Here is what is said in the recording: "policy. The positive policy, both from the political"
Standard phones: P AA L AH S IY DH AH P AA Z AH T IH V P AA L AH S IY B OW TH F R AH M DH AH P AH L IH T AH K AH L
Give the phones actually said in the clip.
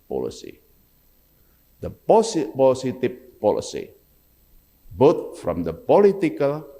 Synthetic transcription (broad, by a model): P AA L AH S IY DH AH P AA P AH S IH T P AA L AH S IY B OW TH F R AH M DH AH P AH L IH T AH K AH L